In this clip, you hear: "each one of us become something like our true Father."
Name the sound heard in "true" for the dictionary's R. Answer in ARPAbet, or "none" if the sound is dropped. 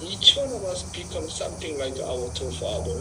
none